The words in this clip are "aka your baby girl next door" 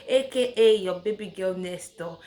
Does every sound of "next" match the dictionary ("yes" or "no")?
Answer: no